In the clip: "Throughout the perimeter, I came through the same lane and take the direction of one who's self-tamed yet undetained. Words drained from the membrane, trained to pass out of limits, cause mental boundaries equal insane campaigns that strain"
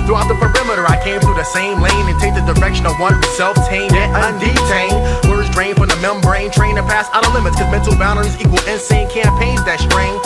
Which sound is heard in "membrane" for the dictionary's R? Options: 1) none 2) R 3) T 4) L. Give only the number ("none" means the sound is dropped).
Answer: 2